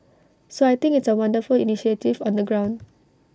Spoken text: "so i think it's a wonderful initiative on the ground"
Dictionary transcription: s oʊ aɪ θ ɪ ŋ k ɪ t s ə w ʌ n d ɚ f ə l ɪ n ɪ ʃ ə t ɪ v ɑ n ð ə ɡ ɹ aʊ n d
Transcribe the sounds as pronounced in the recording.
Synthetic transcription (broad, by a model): s oʊ aɪ t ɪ ŋ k ɪ t s ə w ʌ n d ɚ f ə l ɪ n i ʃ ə t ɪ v ɑ n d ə ɡ ɹ aʊ n d